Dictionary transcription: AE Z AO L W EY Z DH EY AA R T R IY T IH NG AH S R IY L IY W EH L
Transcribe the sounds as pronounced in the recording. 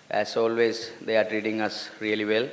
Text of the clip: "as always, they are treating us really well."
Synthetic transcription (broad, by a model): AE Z AO L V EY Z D EY AA R T R IY T IH NG AH S R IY L IY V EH L